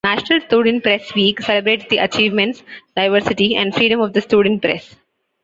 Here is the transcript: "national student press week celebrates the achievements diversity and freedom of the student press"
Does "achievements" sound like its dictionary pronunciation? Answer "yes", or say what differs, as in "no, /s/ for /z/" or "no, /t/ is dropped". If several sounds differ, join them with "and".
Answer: yes